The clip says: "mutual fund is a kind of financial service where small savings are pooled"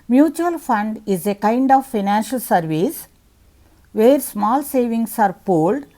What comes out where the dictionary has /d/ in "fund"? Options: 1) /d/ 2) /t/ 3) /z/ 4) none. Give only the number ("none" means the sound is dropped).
1